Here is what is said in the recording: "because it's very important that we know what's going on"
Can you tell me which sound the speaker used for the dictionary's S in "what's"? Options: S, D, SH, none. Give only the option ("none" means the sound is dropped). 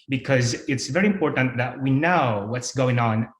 S